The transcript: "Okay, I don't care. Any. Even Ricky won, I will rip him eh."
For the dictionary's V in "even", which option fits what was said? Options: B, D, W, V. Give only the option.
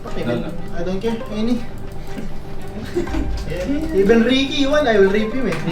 B